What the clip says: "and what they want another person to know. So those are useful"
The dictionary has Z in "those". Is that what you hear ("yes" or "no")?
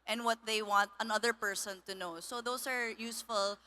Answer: no